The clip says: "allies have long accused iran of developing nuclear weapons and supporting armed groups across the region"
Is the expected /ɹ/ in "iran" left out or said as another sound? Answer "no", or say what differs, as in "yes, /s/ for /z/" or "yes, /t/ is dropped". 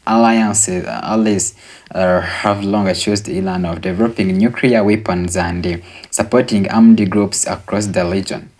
yes, /l/ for /ɹ/